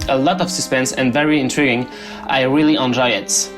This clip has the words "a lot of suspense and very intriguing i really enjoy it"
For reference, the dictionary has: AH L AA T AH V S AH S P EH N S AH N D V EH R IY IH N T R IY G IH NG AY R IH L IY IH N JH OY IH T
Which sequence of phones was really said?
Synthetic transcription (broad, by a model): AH L AA T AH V S AH S P EH N S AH N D V EH R IY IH N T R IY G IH NG AY R IH L IY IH N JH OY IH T